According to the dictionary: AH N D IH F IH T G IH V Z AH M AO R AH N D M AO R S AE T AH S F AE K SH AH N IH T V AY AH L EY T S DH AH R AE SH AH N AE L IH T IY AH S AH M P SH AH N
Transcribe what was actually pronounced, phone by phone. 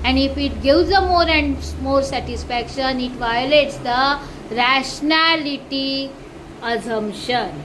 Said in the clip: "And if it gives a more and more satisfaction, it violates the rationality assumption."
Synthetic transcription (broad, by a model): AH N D IH F IH T G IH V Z AH M AO R AH N D M AO R S AE T AH S F AE K SH AH N IH T V AY AH L EY T S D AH R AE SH N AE L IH T IY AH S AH M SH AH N